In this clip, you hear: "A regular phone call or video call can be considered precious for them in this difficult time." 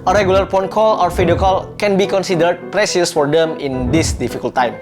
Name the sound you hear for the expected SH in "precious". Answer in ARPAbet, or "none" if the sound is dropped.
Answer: S